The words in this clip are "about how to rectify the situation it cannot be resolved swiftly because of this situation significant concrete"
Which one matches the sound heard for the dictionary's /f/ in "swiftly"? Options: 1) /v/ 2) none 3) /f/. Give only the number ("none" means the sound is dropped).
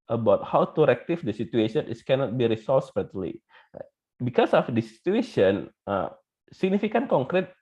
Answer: 2